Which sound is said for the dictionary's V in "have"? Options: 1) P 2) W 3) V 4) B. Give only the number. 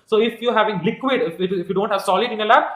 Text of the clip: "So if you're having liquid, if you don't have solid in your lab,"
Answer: 3